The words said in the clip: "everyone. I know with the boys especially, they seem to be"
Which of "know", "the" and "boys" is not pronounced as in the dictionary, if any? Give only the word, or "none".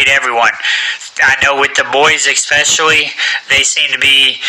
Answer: none